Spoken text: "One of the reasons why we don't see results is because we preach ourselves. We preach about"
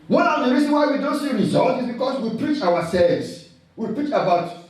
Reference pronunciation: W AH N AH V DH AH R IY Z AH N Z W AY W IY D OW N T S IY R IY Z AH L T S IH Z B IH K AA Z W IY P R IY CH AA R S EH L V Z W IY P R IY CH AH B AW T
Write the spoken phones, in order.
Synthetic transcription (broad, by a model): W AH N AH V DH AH R IY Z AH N W AY W IY D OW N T S IY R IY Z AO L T IH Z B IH K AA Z W IY P R IY CH AA W S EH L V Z W IY P R IY CH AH B AW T